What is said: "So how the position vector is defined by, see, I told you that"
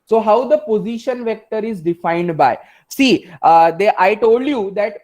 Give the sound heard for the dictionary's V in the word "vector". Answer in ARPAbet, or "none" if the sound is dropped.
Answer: V